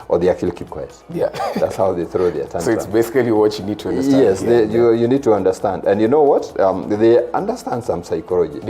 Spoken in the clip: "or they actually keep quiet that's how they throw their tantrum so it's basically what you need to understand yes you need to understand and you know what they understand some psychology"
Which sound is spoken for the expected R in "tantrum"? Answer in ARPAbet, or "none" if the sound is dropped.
none